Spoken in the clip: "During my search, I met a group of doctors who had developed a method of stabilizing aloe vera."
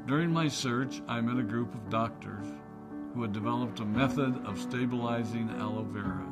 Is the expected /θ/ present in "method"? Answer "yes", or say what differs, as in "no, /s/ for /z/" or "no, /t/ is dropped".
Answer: yes